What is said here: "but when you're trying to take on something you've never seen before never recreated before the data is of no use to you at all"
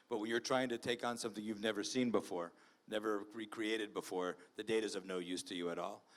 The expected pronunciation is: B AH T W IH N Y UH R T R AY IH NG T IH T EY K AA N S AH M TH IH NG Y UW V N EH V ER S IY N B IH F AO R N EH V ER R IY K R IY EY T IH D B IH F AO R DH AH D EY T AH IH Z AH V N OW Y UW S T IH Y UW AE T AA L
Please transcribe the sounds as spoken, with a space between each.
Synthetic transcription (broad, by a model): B AH T W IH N Y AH R T R AY IH NG T IH T EY K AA N S AH M TH IH NG Y UW V N EH V ER S IY N B IH F AO R N EH V ER R IY K R IY EY T IH D B IH F AO R DH AH D EY T IH Z AH V N OW Y UW S T IH Y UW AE T AA L